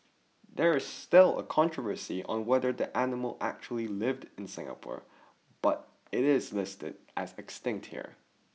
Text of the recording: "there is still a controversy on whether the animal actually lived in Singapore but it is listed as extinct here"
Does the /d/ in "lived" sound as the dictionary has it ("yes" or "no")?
yes